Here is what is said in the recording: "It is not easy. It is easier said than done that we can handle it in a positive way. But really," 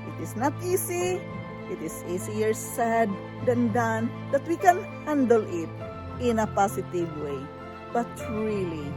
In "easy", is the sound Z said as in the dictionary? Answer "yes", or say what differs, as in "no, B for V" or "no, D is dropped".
no, S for Z